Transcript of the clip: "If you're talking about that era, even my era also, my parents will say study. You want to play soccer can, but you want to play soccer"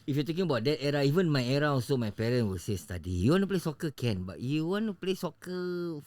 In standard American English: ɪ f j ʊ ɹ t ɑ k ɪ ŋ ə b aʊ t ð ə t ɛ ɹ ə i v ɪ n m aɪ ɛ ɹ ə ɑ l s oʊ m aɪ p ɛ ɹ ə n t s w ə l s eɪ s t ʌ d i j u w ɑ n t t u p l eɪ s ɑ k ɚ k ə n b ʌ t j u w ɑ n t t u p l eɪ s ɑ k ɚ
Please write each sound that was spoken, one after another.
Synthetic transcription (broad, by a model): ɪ f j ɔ t ɑ k ɪ ŋ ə b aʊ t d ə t ɛ ɹ ə i v ɪ n m aɪ ɛ ɹ ə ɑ s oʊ m aɪ p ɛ ɹ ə n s w ə l s eɪ s t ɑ d i j u w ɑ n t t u p l eɪ s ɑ k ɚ k ə n b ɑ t j u w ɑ n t t u p l eɪ s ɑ k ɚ